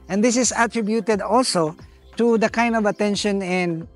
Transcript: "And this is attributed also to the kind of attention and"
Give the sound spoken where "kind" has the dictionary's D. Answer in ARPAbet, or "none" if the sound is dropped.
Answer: D